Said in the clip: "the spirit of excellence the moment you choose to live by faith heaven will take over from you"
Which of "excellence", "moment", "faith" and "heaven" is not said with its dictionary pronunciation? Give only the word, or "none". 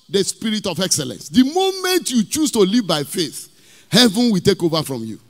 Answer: none